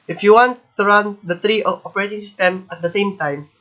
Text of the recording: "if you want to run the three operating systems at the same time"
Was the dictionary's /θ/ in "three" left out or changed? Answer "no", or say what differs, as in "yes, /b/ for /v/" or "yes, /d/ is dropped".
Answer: yes, /t/ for /θ/